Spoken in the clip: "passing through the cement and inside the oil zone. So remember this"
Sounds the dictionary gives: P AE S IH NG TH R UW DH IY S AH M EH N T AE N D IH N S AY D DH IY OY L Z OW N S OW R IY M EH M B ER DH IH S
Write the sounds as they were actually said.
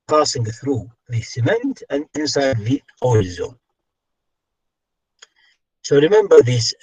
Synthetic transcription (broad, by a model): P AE S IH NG TH R UW DH IY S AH M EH N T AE N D IH N S AY D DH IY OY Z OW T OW R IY M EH M B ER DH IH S